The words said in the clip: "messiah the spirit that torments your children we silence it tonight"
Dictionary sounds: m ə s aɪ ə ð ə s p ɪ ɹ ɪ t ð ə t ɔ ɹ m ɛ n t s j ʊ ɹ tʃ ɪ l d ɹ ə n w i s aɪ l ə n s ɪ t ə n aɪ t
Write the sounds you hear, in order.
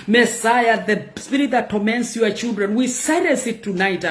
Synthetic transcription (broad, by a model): m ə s aɪ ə ð ə s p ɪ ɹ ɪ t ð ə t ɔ m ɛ n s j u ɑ tʃ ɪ l d ɹ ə n w i s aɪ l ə s ɪ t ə n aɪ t